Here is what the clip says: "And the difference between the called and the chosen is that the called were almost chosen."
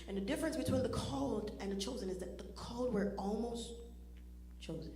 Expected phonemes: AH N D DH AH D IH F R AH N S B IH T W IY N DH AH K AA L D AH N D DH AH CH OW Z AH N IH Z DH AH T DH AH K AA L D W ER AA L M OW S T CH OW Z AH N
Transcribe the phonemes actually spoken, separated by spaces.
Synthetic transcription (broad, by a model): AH N DH AH D IH F R AH N S B IH T W IY N DH AH K AA L D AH N DH AH CH OW Z AH N IH Z DH AH T DH AH K AA L D W ER AA L M OW S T CH OW Z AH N